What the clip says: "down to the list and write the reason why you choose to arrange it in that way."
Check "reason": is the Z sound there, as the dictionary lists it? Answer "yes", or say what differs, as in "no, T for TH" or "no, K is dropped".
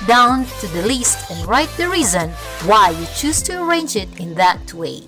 yes